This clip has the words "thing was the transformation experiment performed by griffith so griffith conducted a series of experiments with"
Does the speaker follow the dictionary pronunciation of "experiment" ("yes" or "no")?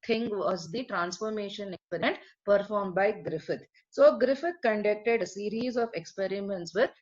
no